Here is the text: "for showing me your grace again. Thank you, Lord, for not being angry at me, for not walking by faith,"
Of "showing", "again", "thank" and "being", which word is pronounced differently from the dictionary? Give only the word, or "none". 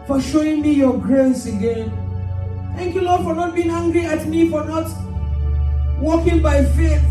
none